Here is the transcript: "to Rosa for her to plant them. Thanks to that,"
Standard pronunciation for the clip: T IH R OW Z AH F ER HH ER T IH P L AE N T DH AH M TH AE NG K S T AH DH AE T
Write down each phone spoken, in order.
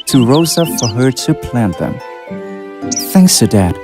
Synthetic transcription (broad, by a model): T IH R OW Z AH F ER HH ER T IH P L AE N DH AH M TH AE NG K S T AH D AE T